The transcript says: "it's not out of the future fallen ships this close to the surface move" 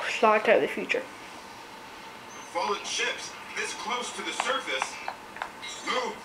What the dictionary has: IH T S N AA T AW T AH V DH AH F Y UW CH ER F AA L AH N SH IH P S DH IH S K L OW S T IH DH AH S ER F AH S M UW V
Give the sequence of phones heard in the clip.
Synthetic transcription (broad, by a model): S L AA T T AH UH DH AH F Y UW CH ER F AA L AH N SH IH P S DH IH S K L OW S T IH DH AH S ER F AH S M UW